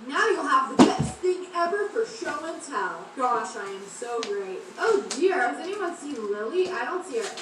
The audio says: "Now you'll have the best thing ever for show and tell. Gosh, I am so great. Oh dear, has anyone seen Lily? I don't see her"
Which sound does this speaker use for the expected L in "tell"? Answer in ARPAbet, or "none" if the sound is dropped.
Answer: N